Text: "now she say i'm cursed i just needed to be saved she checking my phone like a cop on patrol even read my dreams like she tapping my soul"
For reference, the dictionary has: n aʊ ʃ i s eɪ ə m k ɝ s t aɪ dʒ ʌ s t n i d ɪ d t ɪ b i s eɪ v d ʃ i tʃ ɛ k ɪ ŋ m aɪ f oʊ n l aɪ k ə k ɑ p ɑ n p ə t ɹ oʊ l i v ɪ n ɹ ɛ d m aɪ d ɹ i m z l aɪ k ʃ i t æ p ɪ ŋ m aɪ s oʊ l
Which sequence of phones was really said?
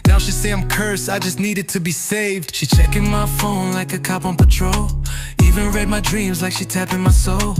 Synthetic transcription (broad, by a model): n aʊ ʃ i s eɪ ə m k ɝ s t aɪ dʒ ʌ s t n i d ɪ d t ɪ b i s eɪ v d ʃ i tʃ ɛ k ɪ ŋ m aɪ f oʊ n l aɪ k ə k ɑ p n p ə t ɹ oʊ l i v ɪ n ɹ ɛ d m aɪ d ɹ i m z l aɪ k ʃ i t æ p ɪ ŋ m aɪ s oʊ l